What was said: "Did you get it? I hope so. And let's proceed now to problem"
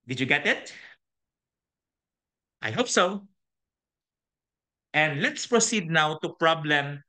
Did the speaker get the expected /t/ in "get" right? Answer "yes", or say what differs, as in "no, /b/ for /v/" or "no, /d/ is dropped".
yes